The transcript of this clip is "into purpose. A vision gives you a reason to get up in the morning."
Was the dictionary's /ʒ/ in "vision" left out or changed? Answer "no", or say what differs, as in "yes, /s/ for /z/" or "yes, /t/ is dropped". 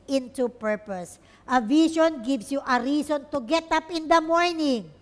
yes, /ʃ/ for /ʒ/